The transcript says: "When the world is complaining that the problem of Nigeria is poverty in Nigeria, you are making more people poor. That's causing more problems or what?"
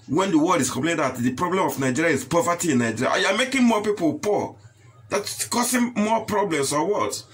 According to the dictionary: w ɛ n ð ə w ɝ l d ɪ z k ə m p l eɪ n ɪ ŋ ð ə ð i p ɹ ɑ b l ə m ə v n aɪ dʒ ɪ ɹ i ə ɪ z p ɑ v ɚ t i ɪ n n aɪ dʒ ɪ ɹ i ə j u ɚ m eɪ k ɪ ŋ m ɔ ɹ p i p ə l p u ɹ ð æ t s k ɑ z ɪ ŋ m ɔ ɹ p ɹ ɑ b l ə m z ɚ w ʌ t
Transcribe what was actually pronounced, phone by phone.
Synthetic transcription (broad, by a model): w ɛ n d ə w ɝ l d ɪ s k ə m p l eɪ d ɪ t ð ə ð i p ɹ ɑ b l ə m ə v n aɪ dʒ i ɹ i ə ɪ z p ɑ v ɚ t i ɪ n n aɪ dʒ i ɹ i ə j u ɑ m eɪ k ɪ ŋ m ɔ p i p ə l p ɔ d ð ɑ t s k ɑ s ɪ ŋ m ɔ p ɹ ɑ b l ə m s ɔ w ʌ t